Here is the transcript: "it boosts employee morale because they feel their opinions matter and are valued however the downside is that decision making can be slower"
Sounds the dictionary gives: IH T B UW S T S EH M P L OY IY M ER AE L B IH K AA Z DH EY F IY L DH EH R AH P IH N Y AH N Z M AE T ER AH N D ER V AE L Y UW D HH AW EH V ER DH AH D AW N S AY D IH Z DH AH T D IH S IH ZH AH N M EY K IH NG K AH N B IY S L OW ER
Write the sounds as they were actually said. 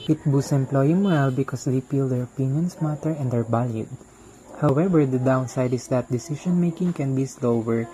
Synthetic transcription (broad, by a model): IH T B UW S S EH M P L OY IY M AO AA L B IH K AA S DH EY P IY L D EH R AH P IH N Y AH N S M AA T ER AH N D ER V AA L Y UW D HH AW EH V ER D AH D AW N S AY D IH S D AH T D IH S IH SH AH N M EY K IH NG K AH N B IY S L OW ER